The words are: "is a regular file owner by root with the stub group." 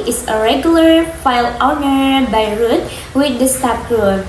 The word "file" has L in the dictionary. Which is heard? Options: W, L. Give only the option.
L